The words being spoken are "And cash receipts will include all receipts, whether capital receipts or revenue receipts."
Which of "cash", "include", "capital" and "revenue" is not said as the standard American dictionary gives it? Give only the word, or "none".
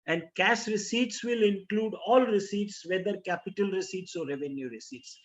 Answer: cash